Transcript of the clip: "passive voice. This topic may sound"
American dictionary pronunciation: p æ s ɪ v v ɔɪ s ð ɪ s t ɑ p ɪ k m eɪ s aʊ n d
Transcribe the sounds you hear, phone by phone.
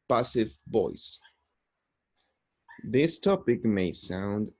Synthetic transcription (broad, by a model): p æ s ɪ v b ɔɪ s ð ɪ s t ɑ p ɪ k m eɪ s aʊ n d